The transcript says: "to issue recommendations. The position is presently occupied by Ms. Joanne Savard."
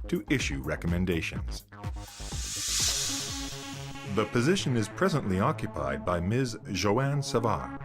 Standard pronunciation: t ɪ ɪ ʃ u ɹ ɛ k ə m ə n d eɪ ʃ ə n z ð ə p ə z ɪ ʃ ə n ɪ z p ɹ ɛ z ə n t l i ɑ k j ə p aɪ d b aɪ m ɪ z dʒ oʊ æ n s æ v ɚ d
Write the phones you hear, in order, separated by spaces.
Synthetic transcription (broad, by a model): t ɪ ɪ ʃ u ɹ ɛ k ə m ə n d eɪ ʃ ə n z ð ə p ə z ɪ ʃ ə n ɪ z p ɹ ɛ z ə n t l i ɑ k j ə p aɪ d b aɪ m ɪ z ʒ oʊ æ n s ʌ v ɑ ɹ